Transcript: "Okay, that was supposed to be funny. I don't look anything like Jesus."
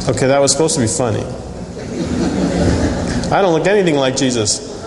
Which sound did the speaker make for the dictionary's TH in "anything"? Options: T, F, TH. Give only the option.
TH